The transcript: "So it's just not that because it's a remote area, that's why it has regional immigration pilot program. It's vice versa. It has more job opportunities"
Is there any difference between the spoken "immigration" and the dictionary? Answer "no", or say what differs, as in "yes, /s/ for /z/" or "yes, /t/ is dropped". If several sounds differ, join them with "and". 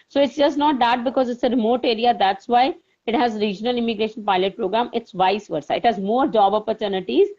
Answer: no